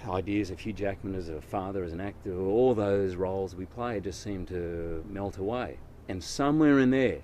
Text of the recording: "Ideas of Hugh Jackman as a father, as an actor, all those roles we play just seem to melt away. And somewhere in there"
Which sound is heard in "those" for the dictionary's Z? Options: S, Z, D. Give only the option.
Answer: Z